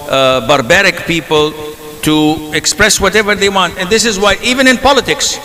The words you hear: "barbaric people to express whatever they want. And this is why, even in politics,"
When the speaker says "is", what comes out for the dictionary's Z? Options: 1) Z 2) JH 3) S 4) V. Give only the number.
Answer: 1